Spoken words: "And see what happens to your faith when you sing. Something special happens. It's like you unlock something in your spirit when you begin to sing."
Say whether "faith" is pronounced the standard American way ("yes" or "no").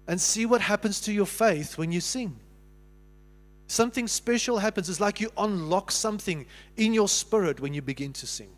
yes